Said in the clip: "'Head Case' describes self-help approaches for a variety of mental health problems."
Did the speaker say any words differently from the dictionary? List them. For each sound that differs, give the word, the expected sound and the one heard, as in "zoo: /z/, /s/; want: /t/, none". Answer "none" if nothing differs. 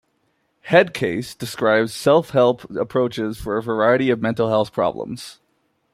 none